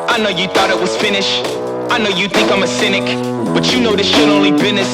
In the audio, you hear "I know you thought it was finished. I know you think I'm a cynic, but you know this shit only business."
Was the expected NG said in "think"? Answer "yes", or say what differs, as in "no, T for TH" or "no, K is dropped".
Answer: no, NG is dropped